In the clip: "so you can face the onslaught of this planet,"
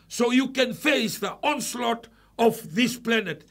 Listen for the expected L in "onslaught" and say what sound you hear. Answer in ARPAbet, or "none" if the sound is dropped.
L